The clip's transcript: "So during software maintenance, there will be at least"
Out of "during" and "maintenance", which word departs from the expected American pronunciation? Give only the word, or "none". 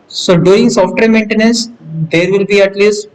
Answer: during